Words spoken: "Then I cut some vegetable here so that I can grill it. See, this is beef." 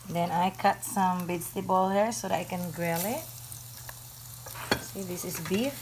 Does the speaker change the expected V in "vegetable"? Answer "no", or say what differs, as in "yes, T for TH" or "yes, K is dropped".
yes, B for V